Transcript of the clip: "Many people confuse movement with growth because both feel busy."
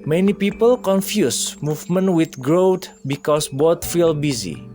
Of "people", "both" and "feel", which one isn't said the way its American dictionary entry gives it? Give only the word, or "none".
both